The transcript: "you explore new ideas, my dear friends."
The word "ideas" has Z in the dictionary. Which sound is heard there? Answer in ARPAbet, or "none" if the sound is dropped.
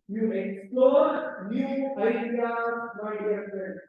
none